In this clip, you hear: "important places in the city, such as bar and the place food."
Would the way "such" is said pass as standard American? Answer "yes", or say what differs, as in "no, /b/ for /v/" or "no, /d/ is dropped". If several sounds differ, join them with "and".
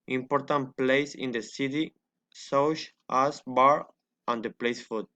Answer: no, /ʃ/ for /tʃ/